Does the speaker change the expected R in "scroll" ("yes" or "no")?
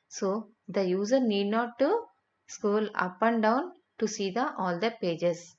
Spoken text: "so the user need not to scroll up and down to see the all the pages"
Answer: yes